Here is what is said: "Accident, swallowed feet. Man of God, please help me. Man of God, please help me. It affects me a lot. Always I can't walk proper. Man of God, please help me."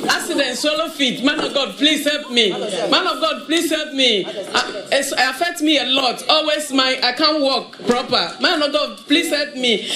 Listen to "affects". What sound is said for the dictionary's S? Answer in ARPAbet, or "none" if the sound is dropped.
none